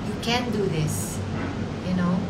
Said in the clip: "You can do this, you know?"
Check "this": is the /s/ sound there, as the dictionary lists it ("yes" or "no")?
yes